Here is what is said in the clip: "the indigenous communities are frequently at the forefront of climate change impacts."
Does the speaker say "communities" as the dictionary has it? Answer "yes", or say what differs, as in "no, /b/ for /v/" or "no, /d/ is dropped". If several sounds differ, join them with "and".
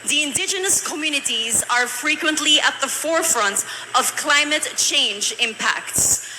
yes